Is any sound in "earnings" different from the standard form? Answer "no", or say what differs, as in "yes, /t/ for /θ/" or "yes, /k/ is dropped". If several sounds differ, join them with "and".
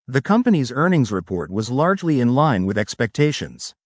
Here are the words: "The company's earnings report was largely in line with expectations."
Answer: no